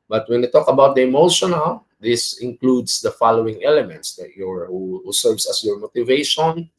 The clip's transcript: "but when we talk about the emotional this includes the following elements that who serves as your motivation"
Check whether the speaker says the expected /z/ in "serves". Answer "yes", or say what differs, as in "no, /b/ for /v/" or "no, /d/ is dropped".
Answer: no, /s/ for /z/